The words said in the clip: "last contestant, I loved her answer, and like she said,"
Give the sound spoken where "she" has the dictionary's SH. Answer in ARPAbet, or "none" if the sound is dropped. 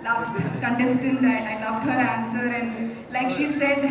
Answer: SH